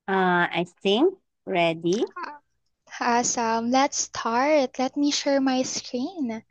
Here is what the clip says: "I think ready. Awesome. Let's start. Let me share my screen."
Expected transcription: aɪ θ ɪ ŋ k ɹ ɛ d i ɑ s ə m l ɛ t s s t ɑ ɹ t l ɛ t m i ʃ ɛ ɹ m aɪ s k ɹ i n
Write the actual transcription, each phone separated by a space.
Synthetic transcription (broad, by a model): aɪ t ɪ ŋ ɹ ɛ d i ɑ s ə m l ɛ t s s t ɑ ɹ t l ɛ t m i ʃ ɛ ɹ m aɪ s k ɹ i n